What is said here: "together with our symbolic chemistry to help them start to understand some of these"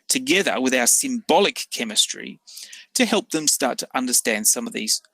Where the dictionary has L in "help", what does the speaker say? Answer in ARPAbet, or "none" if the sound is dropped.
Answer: L